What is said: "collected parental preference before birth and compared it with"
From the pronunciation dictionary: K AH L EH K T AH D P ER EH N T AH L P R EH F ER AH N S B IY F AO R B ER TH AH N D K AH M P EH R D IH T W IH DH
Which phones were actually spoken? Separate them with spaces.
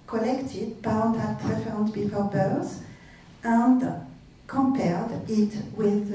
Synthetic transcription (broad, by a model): K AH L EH K T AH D B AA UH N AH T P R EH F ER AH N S B IY F AO R B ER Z AH N D K AH M P EH R D IH T W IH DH